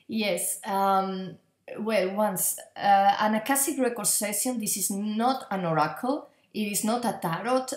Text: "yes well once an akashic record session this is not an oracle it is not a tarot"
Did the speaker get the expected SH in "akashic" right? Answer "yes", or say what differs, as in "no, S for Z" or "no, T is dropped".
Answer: no, S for SH